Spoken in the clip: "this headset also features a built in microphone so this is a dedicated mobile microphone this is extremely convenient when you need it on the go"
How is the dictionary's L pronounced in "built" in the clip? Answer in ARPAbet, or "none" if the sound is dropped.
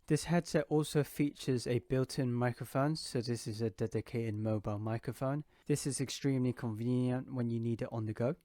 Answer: L